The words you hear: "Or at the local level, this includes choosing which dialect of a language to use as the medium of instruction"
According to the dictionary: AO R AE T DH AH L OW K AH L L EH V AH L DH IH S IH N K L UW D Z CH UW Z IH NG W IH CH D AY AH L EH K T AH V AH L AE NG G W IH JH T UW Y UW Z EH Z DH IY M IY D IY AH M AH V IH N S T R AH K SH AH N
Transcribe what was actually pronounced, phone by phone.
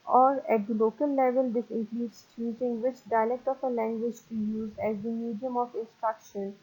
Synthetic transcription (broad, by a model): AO R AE T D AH L OW K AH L L EH V AH L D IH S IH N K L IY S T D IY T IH NG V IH CH D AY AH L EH K T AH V AH L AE NG G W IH JH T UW Y UW Z EH Z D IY M IY D IY AH M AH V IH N S T R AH K SH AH N